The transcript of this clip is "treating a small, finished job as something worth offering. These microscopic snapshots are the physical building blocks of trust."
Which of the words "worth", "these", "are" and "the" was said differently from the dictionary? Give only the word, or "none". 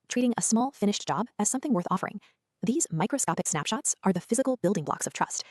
none